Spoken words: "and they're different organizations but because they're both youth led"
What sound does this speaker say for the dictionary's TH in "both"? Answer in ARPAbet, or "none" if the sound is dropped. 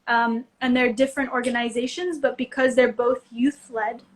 TH